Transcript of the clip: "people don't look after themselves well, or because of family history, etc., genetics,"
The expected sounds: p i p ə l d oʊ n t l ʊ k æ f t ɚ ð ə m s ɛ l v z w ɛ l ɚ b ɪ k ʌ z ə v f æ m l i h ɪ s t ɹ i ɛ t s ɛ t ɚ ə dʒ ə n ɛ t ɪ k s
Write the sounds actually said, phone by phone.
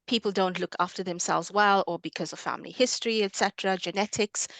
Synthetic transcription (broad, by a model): p i p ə l d oʊ n t l ʊ k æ f t ɚ ð ə m s ɛ l v z w ɛ l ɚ b ɪ k ʌ z ə v f æ m l i h ɪ s t ɹ i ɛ t s ɛ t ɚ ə dʒ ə n ɛ t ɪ k s